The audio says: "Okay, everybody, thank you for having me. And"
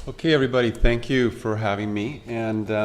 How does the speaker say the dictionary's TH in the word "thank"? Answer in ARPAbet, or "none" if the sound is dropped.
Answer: TH